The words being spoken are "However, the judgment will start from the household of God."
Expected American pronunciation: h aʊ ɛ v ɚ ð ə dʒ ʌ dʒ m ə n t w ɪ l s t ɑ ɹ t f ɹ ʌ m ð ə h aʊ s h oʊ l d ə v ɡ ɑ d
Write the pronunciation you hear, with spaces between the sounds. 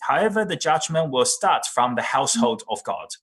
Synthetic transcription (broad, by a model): h aʊ ɛ v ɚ ð ə dʒ ʌ dʒ m ə n t w ɪ l s t ɑ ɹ t f ɹ ʌ m ð ə h aʊ s h oʊ l d ə v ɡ ɑ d